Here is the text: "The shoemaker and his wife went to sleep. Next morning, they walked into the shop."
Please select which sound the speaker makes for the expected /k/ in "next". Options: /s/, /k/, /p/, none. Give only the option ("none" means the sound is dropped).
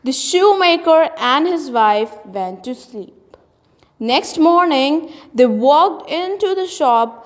/k/